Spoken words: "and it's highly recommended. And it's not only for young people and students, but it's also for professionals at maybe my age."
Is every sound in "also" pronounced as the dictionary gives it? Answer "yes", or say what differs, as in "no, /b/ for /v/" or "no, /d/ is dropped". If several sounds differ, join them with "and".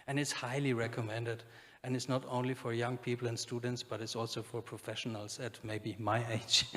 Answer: yes